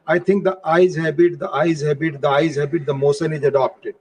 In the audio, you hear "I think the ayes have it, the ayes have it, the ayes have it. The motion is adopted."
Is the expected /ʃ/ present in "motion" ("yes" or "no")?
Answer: no